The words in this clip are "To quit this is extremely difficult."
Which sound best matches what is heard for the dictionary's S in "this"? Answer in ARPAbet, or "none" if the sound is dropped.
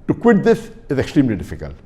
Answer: TH